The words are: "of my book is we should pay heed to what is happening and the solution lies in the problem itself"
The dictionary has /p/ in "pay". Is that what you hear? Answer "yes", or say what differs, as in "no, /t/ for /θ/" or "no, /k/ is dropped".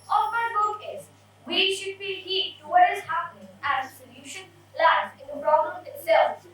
no, /b/ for /p/